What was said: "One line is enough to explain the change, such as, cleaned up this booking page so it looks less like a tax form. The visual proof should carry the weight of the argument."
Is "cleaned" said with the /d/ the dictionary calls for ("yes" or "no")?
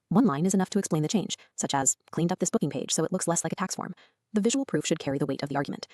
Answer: yes